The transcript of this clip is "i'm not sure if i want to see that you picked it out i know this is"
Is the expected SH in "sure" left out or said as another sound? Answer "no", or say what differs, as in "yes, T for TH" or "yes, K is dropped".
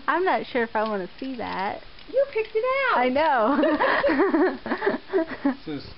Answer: no